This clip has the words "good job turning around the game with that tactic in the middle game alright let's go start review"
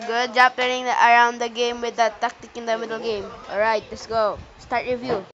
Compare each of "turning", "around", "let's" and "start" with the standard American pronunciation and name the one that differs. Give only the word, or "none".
turning